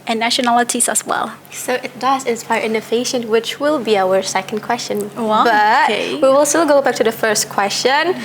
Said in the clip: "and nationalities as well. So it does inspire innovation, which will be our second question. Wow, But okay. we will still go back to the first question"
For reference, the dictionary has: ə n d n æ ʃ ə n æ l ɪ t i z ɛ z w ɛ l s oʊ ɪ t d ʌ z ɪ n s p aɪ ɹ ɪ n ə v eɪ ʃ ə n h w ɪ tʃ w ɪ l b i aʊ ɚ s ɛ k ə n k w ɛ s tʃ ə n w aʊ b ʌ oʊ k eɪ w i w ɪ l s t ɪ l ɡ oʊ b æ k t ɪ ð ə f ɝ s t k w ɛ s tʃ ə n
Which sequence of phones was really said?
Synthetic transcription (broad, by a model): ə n n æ ʃ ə n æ l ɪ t i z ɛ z w ɛ l s oʊ ɪ t d ʌ z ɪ n s p aɪ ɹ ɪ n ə f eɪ ʃ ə n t w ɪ tʃ w ɪ l b i aʊ ɚ s ɛ k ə n k w ɛ s tʃ ə n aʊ b ʌ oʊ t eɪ w i w ɪ l s t ɪ l ɡ oʊ b æ k t ɪ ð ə f ɝ s t k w ɛ s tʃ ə n